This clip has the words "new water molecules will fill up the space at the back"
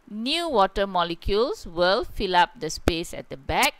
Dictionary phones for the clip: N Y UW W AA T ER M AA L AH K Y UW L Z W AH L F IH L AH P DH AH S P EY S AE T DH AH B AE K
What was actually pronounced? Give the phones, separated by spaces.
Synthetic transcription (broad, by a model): N Y UW W AA T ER M AA L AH K Y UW L S W AH L F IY L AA P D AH S P EY S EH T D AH B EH K